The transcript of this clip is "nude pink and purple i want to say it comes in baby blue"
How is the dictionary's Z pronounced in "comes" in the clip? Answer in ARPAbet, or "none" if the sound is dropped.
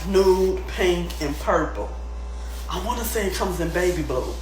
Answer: Z